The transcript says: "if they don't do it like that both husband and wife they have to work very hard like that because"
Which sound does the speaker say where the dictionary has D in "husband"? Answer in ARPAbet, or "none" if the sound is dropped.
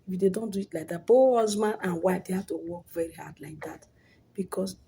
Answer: none